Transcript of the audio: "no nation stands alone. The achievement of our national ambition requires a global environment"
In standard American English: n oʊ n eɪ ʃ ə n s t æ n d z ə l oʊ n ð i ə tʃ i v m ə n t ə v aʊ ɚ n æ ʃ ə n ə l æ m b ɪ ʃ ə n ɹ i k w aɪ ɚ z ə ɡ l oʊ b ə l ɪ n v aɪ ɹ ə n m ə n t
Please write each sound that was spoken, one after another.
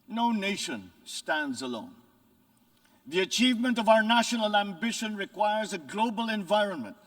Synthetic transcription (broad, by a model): n oʊ n eɪ ʃ ə n s t æ n d z ə l oʊ n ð i ə tʃ i v m ə n t ə v aʊ ɚ n æ ʃ ə n ə l æ m b ɪ ʃ ə n ɹ i k w aɪ ɚ z ə ɡ l oʊ b ə l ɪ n v aɪ ɹ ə n m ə n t